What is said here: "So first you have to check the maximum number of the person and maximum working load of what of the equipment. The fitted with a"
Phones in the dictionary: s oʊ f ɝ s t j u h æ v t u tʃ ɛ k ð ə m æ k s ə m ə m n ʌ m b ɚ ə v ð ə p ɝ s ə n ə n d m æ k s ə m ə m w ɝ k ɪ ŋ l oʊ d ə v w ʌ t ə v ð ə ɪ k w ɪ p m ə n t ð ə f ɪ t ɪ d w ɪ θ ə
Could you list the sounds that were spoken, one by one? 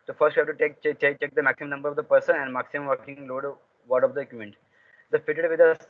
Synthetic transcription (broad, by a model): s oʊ f ɝ s t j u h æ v t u tʃ ɛ k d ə m æ k s ə m ə m n ʌ m b ɚ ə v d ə p ɝ s ə n ə n d m æ k s ə m ə m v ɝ k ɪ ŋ l oʊ d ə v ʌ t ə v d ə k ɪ m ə n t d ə f ɪ t ɪ d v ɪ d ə